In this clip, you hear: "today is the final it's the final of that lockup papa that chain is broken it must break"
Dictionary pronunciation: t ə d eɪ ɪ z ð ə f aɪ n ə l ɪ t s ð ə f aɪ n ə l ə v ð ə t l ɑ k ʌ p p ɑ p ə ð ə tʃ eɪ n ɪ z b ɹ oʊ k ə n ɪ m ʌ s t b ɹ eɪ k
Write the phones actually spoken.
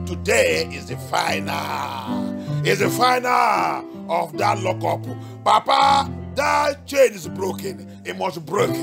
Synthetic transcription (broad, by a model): t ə d eɪ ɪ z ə f aɪ n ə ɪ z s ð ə f aɪ n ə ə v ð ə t l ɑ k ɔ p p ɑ p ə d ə tʃ eɪ n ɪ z b ɹ oʊ k ə n ɪ m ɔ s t b ɹ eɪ k